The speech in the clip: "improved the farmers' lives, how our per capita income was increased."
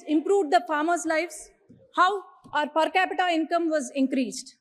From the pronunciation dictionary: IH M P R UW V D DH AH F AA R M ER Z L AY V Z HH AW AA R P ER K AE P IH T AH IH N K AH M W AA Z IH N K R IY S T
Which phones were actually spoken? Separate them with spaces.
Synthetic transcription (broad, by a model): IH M P R UW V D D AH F AA R M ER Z L AY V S HH AW AA R P ER K AE P IH T AH IH N K AH M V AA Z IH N K R IY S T